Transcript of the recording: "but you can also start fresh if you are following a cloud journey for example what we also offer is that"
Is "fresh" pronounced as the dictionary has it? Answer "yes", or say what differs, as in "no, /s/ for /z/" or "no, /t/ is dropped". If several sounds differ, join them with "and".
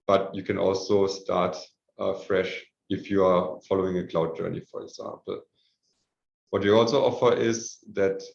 yes